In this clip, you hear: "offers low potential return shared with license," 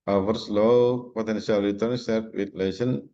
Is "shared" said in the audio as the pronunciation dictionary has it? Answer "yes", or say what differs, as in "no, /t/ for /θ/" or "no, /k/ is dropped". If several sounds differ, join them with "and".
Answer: no, /s/ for /ʃ/